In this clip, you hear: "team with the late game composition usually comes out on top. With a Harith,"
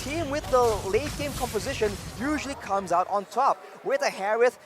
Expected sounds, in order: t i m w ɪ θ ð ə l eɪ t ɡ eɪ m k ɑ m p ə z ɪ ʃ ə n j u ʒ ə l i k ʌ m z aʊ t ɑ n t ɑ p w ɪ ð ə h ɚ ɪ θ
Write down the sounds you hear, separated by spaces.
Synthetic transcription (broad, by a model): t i m w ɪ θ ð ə l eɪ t ɡ eɪ m k ɑ m p ə z ɪ ʃ ə n j u ʒ ə l i k ʌ m z aʊ t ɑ n t ɑ p w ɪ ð ə h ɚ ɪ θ